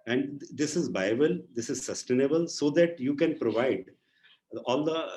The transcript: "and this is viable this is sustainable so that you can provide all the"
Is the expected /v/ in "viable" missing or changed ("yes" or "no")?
yes